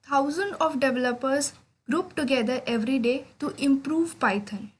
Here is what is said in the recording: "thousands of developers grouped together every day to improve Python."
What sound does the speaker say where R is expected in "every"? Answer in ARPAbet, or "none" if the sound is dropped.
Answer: R